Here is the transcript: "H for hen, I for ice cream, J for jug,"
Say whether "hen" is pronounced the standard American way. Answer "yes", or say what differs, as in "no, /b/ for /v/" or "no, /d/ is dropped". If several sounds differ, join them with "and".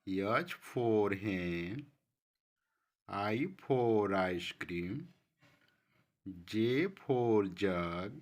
no, /n/ is dropped